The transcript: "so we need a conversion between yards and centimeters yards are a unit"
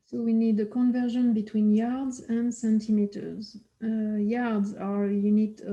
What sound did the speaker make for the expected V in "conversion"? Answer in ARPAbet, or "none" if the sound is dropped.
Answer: V